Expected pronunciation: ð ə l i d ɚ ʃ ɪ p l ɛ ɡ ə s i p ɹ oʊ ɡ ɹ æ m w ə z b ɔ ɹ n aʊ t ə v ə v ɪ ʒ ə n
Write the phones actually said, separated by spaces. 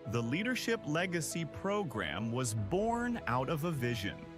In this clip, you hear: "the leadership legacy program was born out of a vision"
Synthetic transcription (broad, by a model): ð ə l i d ɚ ʃ ɪ p l ɛ ɡ ə s i p ɹ oʊ ɡ ɹ æ m w ə z b ɔ ɹ n aʊ t ə v ə v ɪ ʒ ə n